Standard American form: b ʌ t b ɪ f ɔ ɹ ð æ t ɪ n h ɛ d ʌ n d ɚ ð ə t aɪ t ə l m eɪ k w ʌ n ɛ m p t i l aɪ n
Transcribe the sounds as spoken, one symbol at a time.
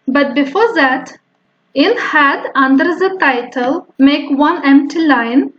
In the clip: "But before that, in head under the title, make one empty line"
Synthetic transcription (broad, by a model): b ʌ t b ɪ f ɔ ɹ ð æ t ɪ l h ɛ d ʌ n d ɚ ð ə t aɪ t ə l m eɪ k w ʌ n ɛ m p t i l aɪ n